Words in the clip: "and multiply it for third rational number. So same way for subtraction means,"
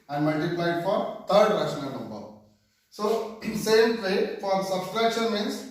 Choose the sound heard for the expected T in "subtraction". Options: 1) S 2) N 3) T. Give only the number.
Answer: 1